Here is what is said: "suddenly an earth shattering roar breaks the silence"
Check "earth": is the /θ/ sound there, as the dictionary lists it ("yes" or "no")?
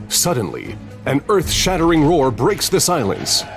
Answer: yes